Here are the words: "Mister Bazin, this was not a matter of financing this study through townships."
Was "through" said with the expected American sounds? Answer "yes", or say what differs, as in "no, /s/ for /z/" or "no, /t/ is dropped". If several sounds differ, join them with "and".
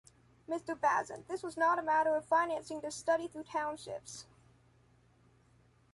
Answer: yes